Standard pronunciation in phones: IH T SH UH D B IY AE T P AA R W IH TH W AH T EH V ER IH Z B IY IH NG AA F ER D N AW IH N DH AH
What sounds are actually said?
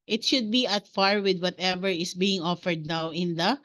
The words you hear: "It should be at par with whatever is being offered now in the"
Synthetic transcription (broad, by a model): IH T SH UH D B IY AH T F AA R W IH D W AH T EH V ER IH S B IY IH NG AA F ER D N AW IH N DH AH